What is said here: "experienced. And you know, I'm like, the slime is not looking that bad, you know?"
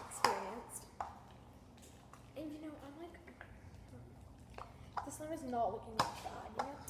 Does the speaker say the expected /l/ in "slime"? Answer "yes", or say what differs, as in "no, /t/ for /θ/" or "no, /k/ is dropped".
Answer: no, /l/ is dropped